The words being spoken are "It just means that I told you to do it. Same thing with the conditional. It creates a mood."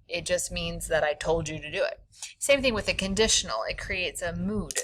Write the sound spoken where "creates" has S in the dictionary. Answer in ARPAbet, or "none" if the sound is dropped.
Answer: S